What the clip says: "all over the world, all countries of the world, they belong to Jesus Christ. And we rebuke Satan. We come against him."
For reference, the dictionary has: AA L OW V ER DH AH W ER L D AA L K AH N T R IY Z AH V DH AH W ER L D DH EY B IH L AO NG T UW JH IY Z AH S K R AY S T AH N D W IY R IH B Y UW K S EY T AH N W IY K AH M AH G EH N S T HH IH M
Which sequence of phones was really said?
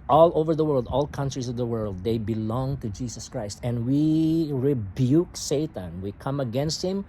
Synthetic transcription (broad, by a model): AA L OW V ER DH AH W ER L D AA L K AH N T R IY S AH V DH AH W ER L D EY B IH L AO NG T UW JH IY S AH S K R AY S T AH N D W IY R IH B Y UW K S EY T AH N W IY K AH M AH G EH N S T HH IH M